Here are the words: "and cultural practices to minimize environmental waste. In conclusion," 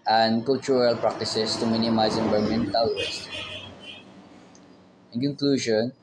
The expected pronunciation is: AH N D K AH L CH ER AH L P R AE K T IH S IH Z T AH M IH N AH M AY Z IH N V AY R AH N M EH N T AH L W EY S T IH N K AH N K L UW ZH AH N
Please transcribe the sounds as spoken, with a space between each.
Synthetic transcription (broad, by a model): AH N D K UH L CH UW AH L P R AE K T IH S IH S T AH M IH N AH M AY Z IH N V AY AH M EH N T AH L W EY S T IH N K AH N K L UW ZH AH N